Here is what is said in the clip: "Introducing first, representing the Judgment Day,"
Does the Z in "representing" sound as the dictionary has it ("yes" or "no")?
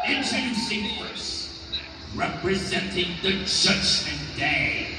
yes